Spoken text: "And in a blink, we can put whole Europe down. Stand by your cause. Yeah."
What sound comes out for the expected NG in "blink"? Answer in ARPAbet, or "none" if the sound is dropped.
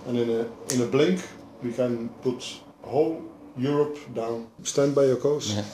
NG